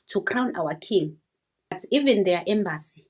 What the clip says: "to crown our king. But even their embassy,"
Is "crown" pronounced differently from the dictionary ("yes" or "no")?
no